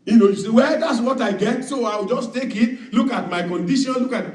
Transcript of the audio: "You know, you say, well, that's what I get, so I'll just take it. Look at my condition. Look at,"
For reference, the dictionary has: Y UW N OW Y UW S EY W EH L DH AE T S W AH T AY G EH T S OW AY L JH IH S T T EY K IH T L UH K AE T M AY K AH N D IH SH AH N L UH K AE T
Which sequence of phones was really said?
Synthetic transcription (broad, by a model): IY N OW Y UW S EY W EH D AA T S W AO T AY G EH T S OW AY W JH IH S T T EY K IH T L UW K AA T M AY K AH N D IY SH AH N L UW K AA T